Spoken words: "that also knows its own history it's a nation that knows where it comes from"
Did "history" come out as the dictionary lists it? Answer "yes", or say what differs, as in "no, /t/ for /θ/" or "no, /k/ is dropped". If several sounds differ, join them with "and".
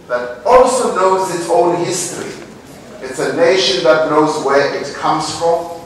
yes